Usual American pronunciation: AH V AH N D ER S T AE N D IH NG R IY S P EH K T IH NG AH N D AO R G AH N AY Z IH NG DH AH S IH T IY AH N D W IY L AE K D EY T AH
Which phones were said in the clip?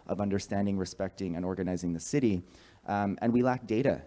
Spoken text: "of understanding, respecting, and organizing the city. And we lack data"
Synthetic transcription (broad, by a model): AH V AH N D ER S T AE N D IH NG R IY S P EH K T IH NG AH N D AO R G AH N AY Z IH NG DH AH S IH T IY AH N W IY L AE K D EY T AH